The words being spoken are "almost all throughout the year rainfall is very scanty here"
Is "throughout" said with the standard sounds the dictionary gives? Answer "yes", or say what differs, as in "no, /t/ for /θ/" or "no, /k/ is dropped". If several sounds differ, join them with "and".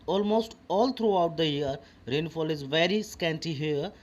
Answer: no, /t/ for /θ/